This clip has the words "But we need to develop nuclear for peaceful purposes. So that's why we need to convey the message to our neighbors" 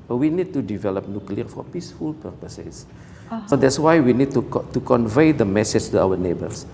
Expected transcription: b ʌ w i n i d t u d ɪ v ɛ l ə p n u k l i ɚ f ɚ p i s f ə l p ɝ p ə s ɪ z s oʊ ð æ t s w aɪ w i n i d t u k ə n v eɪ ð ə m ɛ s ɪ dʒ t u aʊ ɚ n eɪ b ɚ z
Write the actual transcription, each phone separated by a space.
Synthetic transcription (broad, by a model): w i n i d t u d ɪ v ɛ l ə p n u k l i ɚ f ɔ p i s f ə l p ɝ p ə s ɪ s s oʊ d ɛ t s w aɪ w i n i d t u k ə n v eɪ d ə m ɛ s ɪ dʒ t u aʊ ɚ n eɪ b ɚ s